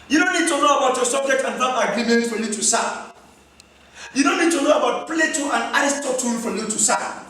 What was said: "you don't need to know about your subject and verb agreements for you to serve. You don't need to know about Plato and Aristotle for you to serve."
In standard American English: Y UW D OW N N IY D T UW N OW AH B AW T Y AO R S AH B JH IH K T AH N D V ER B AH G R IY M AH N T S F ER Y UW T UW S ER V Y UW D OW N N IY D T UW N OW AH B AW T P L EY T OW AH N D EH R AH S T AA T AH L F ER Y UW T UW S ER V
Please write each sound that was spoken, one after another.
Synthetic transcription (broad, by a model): Y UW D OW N N IY D T UW N OW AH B AW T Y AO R S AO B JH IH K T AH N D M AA AH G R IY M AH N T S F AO Y UW T UW S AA Y UW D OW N N IY D T UW N OW AH B AW T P L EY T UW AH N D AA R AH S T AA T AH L F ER Y UW T UW S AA